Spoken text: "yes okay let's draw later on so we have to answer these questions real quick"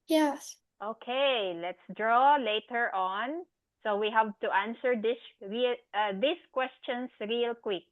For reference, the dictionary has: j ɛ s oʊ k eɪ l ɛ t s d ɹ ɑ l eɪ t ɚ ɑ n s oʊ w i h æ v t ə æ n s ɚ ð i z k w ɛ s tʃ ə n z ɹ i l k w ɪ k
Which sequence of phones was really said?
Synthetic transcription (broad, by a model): j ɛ s oʊ k eɪ l ɛ t s d ɹ ɑ l eɪ t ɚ ɑ n s oʊ w i h æ v t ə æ n s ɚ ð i s k w ɛ s tʃ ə n s ɹ i l k w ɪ k